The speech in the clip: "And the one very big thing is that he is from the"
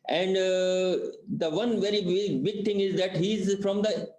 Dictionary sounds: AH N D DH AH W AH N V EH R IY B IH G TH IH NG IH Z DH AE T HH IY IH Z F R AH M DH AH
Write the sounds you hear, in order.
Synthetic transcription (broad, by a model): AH N D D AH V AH N V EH R IY B IH G T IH NG IH Z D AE T HH IY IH Z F R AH M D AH